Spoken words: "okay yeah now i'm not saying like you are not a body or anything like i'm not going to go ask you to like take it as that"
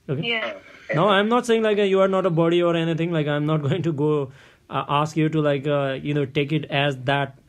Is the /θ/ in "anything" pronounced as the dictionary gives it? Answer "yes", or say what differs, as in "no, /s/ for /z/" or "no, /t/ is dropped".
no, /t/ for /θ/